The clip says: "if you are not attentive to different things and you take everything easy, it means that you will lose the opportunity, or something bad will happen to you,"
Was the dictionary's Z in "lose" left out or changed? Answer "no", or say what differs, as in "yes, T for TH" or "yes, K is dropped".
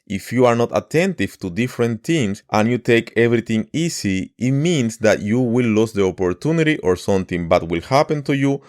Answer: yes, S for Z